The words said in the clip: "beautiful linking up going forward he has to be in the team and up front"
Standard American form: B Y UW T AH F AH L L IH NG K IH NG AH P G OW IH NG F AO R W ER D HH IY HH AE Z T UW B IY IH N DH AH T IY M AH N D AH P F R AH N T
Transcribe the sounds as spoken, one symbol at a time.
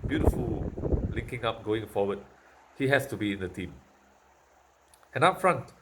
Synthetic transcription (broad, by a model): B Y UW T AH F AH L L IH NG K IH NG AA P G OW IH NG F AO W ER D HH IY HH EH S T UW B IY IH N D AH T IY M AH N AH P F R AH N T